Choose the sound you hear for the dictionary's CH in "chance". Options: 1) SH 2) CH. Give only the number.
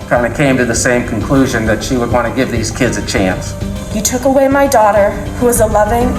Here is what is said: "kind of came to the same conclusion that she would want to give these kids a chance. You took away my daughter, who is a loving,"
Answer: 2